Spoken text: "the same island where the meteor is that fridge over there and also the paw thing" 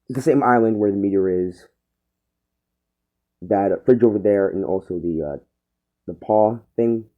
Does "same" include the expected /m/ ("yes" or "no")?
yes